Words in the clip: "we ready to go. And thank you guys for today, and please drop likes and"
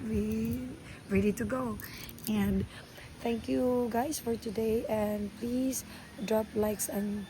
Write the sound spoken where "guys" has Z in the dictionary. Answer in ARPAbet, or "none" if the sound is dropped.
S